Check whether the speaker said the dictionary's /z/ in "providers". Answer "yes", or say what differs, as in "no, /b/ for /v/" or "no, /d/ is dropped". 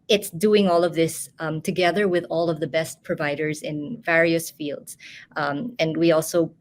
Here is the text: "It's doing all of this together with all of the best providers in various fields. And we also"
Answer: yes